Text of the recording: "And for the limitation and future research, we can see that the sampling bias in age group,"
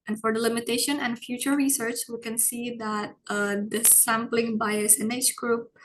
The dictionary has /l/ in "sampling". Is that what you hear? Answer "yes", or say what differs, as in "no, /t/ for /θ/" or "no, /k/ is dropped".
yes